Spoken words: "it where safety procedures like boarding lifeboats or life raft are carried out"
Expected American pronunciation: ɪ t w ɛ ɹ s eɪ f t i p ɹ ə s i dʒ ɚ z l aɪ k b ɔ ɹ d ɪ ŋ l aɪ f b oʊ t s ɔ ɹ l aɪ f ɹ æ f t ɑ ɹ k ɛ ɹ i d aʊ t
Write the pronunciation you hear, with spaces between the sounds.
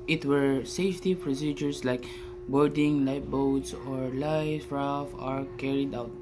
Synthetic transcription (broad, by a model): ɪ t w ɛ ɹ s eɪ f t i p ɹ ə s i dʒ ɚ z l aɪ k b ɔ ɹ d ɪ ŋ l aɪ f b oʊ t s ɔ ɹ l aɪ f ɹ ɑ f ɑ ɹ k ɛ ɹ i d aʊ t